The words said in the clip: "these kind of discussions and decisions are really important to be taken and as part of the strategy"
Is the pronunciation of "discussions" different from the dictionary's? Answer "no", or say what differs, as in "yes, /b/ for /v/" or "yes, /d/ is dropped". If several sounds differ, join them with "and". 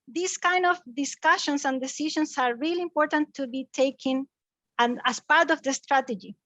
yes, /s/ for /z/